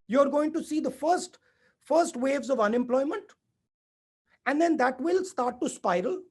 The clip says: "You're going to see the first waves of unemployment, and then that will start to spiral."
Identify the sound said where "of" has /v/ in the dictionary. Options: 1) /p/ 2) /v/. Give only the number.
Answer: 2